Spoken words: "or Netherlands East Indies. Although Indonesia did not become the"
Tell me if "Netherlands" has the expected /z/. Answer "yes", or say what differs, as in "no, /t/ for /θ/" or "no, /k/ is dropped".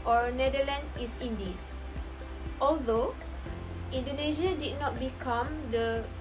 no, /z/ is dropped